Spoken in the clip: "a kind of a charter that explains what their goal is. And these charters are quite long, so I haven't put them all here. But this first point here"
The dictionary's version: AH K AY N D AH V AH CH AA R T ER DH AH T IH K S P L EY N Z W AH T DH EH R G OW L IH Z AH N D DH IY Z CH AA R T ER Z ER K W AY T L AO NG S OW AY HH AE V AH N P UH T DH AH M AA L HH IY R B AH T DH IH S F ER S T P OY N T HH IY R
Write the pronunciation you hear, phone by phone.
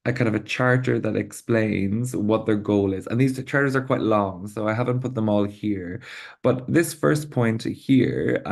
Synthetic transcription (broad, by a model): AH K AY N D AH V AH CH AA R T ER DH AH T IH K S P L EY N Z W AH T DH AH R G OW L IH Z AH N DH IY Z CH AA R T ER Z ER K W AY T L AO NG S OW AY HH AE V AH N P UH T DH AH M AA L HH IY R B AH T DH IH S F ER S P OY N T HH IY R